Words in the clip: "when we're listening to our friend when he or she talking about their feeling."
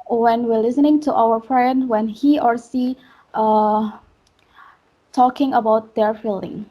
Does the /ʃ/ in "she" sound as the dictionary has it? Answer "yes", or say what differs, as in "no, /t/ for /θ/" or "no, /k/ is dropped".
no, /s/ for /ʃ/